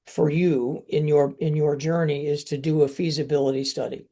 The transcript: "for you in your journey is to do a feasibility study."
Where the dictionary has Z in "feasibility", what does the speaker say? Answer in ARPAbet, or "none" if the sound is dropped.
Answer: Z